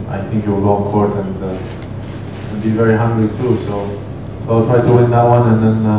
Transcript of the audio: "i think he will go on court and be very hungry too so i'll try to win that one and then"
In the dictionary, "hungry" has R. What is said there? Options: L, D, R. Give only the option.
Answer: L